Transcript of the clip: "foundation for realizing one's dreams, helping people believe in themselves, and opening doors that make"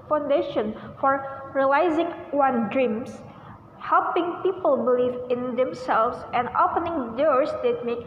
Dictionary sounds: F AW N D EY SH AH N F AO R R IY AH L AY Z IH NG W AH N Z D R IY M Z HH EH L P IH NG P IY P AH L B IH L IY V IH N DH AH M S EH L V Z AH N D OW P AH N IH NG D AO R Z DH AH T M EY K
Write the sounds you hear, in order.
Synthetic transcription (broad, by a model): F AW N D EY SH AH N F AO R R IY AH L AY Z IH NG W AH N D R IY M S HH EH L P IH NG P IY P AH L B IH L IY V IH N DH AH M S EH L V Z AH N D OW P AH N IH NG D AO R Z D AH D M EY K